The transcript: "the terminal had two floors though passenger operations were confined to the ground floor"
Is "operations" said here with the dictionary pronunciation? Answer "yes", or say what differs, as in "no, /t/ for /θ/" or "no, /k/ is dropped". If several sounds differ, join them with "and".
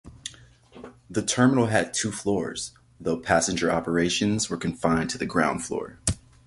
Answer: yes